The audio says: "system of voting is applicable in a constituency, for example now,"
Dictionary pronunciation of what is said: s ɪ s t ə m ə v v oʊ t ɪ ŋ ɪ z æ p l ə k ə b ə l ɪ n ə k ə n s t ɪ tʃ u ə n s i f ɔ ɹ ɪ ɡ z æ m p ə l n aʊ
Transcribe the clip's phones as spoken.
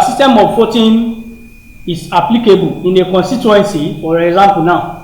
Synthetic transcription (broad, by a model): s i s t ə m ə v f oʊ t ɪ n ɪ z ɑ p l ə k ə b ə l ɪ n ə k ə n s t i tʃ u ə n s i f ɔ ɹ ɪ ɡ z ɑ m p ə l n aʊ